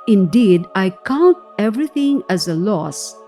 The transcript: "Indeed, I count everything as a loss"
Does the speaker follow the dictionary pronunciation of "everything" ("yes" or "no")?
no